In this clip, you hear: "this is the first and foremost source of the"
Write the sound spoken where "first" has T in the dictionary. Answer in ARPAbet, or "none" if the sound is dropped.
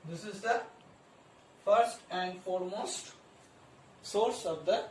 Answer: T